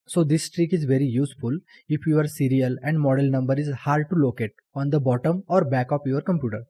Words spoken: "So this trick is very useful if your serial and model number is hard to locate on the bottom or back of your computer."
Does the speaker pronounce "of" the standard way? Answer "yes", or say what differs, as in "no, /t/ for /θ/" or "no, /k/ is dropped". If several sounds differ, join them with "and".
no, /p/ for /v/